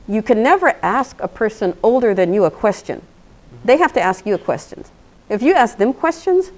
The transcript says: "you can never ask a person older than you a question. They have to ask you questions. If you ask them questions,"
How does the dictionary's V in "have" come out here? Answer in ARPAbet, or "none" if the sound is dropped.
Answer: F